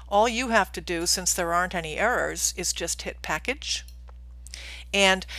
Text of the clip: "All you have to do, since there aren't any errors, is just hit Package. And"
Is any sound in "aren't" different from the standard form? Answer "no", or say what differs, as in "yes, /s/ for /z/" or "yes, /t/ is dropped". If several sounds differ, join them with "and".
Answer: no